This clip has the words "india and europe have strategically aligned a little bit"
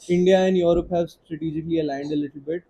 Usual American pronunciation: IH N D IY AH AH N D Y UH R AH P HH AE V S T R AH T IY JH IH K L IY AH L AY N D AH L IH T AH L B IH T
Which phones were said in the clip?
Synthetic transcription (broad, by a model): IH N D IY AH AH N D Y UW R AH P HH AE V S T R AH T IY JH IH K L IY AH L AY N D AH L IH T AH L B IH T